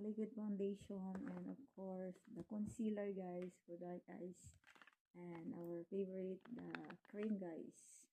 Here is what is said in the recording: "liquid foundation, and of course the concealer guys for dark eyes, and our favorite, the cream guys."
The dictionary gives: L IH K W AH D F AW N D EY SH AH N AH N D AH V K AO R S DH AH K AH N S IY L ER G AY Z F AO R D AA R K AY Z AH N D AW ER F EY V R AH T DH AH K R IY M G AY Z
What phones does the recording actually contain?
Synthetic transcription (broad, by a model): L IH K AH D F AW N D EY SH AH N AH N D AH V K AO R S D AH K AH N S IY L ER G AY S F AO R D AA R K AY S AH N D AW ER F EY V R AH T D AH K R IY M G AY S